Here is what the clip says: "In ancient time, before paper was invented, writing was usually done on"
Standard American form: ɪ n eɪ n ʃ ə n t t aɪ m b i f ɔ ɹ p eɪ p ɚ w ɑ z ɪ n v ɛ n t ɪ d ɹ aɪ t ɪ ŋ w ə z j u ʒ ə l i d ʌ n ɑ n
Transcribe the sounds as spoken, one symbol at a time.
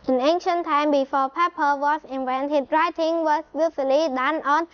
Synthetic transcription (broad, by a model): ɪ n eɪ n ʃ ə n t t aɪ m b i f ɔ p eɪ p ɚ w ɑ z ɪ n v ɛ n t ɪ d ɹ aɪ t ɪ ŋ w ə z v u s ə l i d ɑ n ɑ n